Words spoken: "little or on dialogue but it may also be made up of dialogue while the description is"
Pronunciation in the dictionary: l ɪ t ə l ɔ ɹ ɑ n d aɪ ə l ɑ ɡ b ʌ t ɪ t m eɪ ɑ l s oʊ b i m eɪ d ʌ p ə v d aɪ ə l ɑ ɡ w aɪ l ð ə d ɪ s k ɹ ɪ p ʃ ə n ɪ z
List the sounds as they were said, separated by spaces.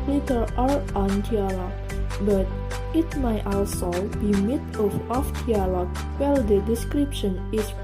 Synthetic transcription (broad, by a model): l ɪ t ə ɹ ɔ ɹ ɑ n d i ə l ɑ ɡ b ʌ t ɪ t m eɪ ɑ l s oʊ b i m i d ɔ f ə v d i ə l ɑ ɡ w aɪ l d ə d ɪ s k ɹ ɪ p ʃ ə n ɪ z